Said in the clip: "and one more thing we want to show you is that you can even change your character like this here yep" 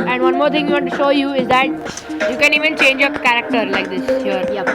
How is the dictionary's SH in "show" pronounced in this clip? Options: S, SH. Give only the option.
SH